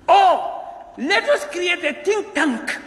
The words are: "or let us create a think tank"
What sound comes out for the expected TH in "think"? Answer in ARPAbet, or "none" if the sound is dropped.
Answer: T